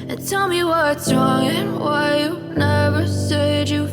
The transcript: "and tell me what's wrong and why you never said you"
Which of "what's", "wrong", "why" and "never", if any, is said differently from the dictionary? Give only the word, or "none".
none